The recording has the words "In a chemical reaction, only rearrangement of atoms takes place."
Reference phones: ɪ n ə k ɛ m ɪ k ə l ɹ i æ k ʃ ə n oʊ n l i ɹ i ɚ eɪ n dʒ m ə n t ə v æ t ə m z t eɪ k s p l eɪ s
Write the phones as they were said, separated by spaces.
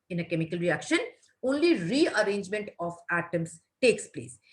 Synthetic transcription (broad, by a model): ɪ n ə k ɛ m ɪ k ə l ɹ i æ k ʃ ə n oʊ n l i ɹ i ɚ eɪ n dʒ m ə n t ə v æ t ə m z t eɪ k s p l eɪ s